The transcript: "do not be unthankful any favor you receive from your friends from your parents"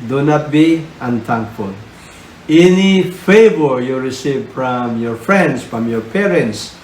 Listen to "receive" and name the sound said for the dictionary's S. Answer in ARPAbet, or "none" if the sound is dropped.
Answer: S